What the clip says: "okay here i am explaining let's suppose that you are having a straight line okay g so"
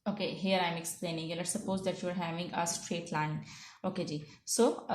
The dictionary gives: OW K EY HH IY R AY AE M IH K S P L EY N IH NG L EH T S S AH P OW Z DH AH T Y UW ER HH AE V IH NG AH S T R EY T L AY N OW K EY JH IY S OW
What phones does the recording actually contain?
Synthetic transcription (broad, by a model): OW K EY HH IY R AY M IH K S P L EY N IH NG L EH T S S AH P OW Z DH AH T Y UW ER HH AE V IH NG AH S T R EY T L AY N OW K EY JH IY S OW